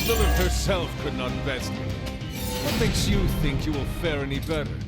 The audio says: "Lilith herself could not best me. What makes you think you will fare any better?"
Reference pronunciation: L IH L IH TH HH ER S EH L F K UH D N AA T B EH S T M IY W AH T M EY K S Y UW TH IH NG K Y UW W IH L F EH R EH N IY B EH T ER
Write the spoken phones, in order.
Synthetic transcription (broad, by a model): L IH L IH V HH ER S EH L F K UH D N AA T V EH S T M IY W AH T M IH K S Y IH TH IH NG K Y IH W IH L F EH R EH N IY B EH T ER